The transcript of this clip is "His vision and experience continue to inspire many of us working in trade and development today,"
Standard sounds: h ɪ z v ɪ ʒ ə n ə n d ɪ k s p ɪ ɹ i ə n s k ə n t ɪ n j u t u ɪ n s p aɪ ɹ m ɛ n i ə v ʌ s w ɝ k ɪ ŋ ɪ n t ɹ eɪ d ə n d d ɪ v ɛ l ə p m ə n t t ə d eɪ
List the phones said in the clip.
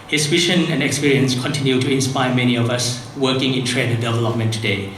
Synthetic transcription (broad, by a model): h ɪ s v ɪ ʃ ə n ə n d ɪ k s p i ɹ i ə n s k ə n t ɪ n j u t u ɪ n s p aɪ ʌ m ɛ n i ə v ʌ s w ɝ k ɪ ŋ ɪ n t ɹ eɪ d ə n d d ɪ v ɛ l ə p m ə n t t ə d eɪ